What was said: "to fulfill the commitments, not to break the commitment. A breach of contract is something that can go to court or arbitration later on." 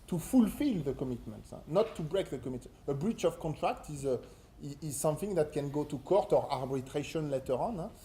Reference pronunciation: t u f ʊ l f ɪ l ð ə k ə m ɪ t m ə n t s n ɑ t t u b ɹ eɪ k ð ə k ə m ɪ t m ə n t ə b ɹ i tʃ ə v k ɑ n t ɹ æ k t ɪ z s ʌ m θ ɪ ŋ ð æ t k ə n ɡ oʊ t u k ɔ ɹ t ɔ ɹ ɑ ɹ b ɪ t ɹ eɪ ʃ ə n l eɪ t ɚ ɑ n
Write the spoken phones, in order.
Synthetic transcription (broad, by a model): t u f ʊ l f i l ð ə k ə m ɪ t m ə n t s n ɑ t t u b ɹ eɪ k ð ə k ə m m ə t ə b ɹ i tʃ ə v k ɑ n t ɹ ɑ k t ɪ z s ʌ m θ ɪ ŋ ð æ t k ə n ɡ oʊ t u k ɔ ɹ t ɔ ɹ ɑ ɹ b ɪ t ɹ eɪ ʃ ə n l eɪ t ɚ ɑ n